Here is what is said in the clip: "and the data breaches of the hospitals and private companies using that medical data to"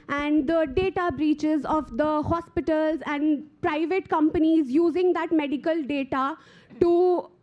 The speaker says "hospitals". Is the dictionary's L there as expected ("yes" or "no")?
yes